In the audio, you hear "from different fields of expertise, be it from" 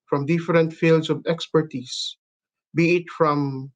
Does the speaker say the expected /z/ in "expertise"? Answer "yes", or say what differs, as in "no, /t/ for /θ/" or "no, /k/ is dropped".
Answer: no, /s/ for /z/